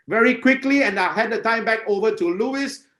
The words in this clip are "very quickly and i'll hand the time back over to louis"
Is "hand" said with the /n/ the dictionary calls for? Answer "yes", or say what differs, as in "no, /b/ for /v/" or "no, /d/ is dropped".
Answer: no, /n/ is dropped